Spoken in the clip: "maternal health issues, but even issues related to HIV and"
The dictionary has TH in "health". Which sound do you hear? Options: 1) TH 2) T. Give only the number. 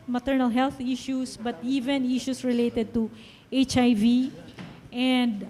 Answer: 2